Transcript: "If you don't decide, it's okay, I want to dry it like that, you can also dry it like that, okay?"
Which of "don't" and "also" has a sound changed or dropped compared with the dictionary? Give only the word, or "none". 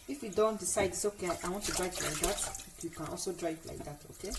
none